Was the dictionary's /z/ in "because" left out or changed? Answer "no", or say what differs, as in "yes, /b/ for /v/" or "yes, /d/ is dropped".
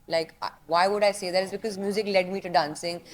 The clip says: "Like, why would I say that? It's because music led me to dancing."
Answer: no